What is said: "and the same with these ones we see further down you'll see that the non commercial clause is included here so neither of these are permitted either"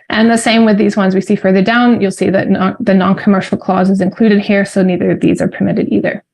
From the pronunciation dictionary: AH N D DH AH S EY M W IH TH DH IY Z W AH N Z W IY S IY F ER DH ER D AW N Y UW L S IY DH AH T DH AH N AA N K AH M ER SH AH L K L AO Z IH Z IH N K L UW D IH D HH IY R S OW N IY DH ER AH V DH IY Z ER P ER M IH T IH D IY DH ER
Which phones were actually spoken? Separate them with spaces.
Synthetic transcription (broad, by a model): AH N DH AH S EY M W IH DH IY Z W AH N Z W IY S IY F ER DH ER D AW N Y UW L S IY DH AH T DH AH N AA N K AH M ER SH L K L AO Z IH Z IH N K L UW D IH D HH IY R S OW N IY DH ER AH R DH IY Z ER P ER M IH T IH D IY DH ER